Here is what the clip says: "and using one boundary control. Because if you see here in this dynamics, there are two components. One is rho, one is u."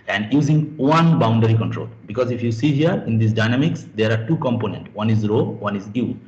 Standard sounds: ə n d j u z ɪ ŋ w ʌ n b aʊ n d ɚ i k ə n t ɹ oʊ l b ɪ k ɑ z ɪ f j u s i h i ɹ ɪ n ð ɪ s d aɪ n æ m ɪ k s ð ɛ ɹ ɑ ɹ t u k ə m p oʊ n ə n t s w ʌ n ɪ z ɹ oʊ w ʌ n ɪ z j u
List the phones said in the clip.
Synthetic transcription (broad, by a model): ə n d j u z ɪ ŋ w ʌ n b aʊ n d ɚ i k ə n t ɹ oʊ l b ɪ k ɑ z ɪ f j u s i h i ɹ ɪ n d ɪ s d aɪ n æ m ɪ k s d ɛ ɹ ɑ ɹ t u k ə m p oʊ n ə n t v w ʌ n ɪ z ɹ oʊ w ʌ n ɪ z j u